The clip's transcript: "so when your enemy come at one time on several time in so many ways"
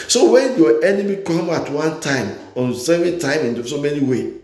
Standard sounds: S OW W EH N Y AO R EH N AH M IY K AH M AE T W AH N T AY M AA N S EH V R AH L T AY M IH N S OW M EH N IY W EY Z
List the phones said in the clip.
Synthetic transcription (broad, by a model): S OW W EH N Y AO EH N AH M IY K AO M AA T W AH N T AY M AA N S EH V AH N T AY M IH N S OW M EH N IY W EY